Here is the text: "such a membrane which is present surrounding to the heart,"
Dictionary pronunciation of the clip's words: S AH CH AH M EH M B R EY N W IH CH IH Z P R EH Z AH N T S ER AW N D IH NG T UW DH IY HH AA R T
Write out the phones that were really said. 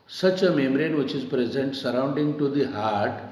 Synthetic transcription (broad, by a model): S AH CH AH M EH M R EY N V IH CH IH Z P R EH Z AH N T S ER AW N D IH NG T UW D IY HH AA R T